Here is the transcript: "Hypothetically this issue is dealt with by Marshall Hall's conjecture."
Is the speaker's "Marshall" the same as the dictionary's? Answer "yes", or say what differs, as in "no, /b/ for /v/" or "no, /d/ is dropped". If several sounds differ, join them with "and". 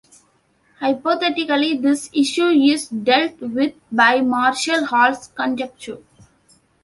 yes